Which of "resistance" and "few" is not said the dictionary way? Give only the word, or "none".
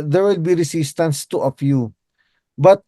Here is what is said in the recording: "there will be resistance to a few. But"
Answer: resistance